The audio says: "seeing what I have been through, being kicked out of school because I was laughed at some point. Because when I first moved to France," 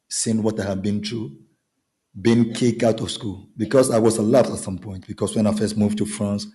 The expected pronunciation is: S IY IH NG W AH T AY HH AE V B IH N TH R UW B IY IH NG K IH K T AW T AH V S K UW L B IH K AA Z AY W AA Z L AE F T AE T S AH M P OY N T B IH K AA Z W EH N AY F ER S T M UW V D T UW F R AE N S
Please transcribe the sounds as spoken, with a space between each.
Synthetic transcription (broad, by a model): S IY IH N W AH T AY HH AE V B IH N T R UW B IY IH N K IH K AW T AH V S K UW L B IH K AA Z AY W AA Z L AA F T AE T S AH M P OY N T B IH K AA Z W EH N AY F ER S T M UW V T UW F R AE N S